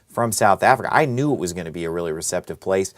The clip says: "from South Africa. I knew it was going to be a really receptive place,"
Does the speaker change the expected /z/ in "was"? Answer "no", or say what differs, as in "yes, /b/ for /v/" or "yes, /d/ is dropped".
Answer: no